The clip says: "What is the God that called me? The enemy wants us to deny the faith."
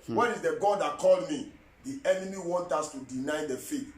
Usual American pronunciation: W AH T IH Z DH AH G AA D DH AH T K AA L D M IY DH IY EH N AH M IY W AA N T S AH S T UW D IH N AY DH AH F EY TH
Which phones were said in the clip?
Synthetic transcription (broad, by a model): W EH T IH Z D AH G AA D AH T K AA L D M IY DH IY EH N AH M IY W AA N T AA S T UW D IH N AY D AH F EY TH